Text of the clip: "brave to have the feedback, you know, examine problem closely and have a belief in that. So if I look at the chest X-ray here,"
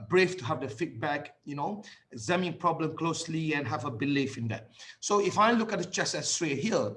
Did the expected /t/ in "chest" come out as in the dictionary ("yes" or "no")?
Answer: no